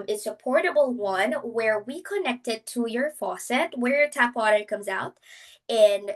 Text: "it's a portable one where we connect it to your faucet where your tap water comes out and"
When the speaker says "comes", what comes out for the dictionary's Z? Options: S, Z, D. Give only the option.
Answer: Z